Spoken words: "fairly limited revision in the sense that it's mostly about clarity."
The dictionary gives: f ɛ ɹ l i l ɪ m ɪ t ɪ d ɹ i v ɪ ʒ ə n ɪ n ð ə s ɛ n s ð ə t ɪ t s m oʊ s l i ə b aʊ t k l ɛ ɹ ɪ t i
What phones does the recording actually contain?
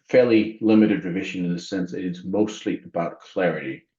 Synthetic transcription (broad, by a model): f ɛ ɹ l i l ɪ m ɪ t ɪ d ɹ i v ɪ ʒ ə n ɪ n ð ə s ɛ n s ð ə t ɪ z m oʊ s l i ə b aʊ t k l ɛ ɹ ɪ t i